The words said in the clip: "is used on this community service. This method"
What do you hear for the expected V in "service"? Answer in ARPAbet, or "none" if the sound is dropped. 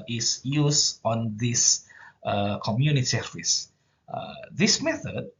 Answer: F